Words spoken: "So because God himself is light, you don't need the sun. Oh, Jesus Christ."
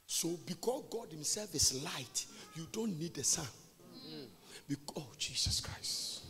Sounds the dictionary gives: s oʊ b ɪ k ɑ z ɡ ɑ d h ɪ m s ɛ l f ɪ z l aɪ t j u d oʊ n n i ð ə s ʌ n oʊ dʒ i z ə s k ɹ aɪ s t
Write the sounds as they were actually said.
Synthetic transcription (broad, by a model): s oʊ b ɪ k ɑ s ɡ ɑ d h ɪ m s ɛ l f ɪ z l aɪ t j u d oʊ n n i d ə s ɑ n oʊ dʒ i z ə s k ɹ aɪ s t